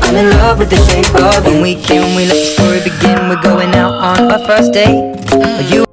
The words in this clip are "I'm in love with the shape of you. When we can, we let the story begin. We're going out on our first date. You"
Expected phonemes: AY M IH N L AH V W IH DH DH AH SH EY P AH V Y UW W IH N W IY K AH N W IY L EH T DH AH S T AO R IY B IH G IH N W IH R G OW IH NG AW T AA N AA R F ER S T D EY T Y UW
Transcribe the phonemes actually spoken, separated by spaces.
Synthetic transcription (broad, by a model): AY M IH N L AH V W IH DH DH AH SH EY AH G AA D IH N W IY K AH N W IY L EH T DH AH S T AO R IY B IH G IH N W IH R G OW IH NG AW T N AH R F ER S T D EY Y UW